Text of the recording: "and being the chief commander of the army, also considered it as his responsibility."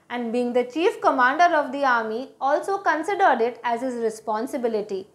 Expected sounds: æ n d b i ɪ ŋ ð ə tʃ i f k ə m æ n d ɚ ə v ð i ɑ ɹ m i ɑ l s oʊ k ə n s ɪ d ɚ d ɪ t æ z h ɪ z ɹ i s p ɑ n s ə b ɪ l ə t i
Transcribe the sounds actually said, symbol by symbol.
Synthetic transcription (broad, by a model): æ n d b i ɪ ŋ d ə tʃ i f k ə m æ n d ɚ ə v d i ɑ ɹ m i ɑ l s oʊ k ə n s ɪ d ɚ d ɪ t æ z h ɪ z ɹ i s p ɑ n s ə b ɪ l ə t i